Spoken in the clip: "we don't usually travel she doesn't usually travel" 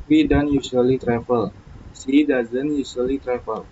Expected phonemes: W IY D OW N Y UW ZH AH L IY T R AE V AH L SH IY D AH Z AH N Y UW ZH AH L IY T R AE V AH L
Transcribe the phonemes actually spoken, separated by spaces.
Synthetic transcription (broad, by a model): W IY D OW N Y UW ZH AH L IY T R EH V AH L S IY D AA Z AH N Y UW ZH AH L IY T R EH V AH L